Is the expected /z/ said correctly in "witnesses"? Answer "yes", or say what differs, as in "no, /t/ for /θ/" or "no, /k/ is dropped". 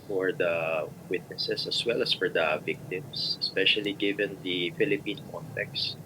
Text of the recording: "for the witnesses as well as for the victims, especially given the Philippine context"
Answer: no, /s/ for /z/